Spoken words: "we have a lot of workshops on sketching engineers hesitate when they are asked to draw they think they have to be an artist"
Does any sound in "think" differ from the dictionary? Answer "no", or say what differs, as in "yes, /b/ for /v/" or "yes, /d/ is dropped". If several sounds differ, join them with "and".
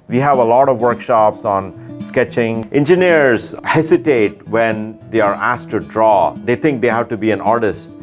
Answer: yes, /t/ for /θ/